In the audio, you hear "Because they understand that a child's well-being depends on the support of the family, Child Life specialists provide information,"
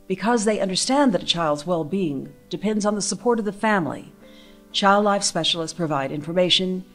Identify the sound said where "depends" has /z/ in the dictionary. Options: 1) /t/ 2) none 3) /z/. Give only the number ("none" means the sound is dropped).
3